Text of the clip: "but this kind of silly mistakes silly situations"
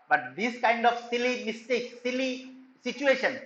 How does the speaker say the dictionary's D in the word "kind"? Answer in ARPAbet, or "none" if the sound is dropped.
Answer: D